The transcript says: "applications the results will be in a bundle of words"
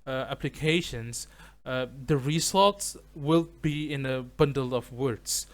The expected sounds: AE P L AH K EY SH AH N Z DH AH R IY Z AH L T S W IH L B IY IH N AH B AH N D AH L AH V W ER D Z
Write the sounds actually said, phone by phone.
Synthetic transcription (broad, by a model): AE P L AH K EY SH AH N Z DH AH R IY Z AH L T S W IH L B IY IH N AH B AH N D AH L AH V W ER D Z